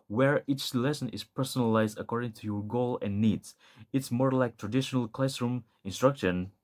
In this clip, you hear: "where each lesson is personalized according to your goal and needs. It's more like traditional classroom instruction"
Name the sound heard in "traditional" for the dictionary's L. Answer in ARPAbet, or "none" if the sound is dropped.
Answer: L